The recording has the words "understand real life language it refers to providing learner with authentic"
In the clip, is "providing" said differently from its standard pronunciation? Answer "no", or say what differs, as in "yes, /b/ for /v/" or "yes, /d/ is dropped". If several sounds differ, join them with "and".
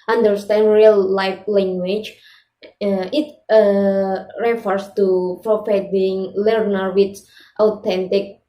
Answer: yes, /f/ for /v/